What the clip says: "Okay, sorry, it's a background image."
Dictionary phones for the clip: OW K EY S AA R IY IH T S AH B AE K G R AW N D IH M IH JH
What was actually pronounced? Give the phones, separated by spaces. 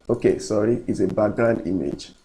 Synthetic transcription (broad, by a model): OW K EY S AA R IY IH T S AH B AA G AW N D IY M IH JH